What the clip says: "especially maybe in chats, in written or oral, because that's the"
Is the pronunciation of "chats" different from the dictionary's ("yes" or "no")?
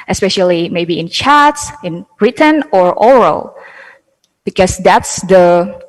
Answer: no